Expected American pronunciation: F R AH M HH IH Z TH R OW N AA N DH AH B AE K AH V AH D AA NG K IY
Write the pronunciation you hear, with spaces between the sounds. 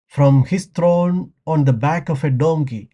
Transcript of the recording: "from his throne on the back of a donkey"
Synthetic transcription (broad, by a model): F R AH M HH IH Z T R OW N AA N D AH B AE K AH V AH D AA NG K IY